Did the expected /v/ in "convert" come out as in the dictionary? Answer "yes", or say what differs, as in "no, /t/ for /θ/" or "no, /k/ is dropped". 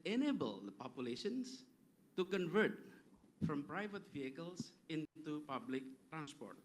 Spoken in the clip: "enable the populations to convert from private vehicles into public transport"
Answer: yes